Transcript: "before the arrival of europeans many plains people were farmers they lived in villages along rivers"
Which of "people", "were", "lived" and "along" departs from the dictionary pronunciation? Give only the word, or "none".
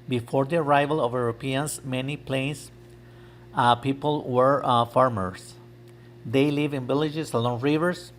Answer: lived